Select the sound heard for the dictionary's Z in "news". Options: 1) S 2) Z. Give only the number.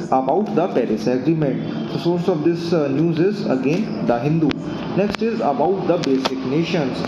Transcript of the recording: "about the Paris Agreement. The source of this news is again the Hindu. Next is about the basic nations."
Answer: 2